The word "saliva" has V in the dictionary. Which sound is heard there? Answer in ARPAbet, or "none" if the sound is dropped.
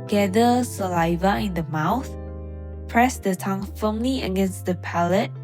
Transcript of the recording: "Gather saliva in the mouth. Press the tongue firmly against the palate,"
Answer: V